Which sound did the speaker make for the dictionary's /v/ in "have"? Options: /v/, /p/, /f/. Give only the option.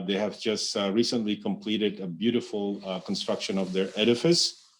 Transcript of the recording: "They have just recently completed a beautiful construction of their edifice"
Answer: /v/